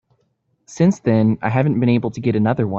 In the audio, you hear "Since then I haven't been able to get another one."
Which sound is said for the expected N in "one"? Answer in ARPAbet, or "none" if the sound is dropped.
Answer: none